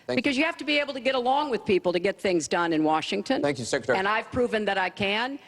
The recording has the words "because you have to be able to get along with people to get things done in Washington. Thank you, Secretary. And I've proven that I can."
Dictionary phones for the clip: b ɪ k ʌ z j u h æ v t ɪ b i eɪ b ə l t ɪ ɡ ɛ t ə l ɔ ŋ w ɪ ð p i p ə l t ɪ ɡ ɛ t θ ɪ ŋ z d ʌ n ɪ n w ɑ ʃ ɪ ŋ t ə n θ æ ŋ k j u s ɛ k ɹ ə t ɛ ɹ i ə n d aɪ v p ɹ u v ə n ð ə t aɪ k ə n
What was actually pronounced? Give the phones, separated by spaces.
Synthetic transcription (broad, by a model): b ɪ k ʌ z j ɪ h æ f t ɪ b i eɪ b l t ɪ ɡ ɛ t ə l ɔ ŋ w ɪ ð p i p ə l t ɪ ɡ ɛ t θ ɪ ŋ z d ʌ n ɪ n w ɑ ʃ ɪ ŋ t ə n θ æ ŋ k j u s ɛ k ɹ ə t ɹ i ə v p ɹ u v ə n ð ə t aɪ k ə n